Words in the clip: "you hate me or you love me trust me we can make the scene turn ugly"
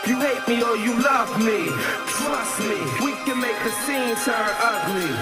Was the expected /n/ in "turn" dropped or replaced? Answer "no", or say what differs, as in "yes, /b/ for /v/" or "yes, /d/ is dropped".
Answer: yes, /n/ is dropped